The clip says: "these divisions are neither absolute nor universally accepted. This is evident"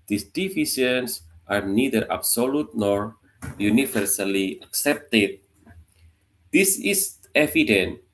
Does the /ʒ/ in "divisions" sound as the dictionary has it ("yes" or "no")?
no